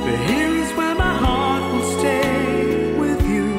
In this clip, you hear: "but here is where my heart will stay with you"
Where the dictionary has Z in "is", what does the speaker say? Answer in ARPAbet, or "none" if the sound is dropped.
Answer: Z